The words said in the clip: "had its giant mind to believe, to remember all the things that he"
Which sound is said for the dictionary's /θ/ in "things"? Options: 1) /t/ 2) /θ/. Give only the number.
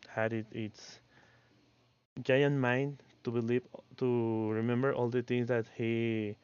1